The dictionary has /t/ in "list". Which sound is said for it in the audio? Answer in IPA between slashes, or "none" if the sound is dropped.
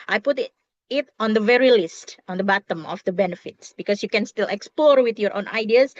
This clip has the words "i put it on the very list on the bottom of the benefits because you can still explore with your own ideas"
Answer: /t/